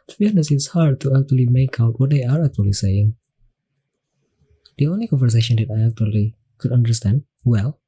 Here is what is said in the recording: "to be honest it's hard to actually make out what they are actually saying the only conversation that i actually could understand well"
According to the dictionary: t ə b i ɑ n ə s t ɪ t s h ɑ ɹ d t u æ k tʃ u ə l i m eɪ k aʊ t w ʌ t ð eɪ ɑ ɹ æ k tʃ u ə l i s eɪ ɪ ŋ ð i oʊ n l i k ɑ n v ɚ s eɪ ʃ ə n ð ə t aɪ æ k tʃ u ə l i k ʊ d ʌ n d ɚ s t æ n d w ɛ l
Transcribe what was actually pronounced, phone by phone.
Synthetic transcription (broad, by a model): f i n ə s ɪ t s h ɑ ɹ d t u æ k tʃ u ə l i m eɪ k aʊ t w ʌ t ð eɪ ɑ ɹ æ k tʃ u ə l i s eɪ ɪ ŋ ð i oʊ n l i k ɑ n v ɚ s eɪ ʃ ə n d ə t aɪ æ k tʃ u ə l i k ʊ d ʌ n d ɚ s t æ n d w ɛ l